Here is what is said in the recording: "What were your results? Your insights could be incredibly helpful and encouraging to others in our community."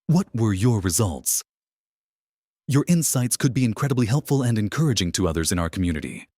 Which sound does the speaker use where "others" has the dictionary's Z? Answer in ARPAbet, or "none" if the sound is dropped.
Z